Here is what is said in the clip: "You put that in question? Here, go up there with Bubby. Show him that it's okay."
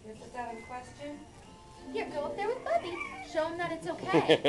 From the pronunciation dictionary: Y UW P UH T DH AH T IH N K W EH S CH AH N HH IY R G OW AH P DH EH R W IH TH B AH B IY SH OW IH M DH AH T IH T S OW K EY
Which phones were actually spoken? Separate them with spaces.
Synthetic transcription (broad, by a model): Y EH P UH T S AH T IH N K W EH S CH AH N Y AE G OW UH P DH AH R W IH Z B AH B IY SH OW IH M DH AH T IH T S OW K EY